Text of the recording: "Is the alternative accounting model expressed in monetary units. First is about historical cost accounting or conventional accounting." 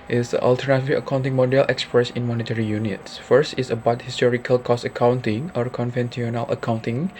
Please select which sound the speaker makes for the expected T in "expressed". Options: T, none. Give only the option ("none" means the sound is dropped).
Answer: none